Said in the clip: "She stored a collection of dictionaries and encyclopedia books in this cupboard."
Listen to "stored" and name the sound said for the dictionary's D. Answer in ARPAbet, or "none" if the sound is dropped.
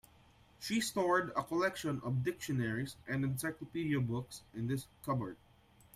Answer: D